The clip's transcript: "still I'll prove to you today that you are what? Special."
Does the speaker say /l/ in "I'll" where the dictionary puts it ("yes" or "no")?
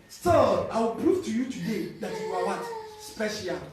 no